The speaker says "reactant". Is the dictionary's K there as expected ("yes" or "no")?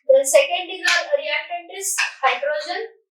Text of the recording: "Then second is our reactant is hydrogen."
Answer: no